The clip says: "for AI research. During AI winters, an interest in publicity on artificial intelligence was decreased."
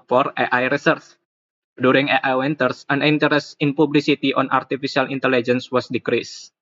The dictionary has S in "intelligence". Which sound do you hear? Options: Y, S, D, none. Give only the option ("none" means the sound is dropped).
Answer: S